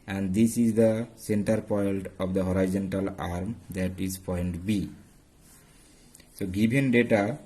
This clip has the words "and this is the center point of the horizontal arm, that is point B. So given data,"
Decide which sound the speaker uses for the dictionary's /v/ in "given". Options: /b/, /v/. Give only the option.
/b/